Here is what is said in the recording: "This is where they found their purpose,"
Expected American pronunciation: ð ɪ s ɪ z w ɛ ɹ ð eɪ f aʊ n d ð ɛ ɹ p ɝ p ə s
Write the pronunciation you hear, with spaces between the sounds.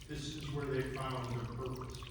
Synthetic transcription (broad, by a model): ð ɪ s ɪ z w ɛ ɹ ð eɪ f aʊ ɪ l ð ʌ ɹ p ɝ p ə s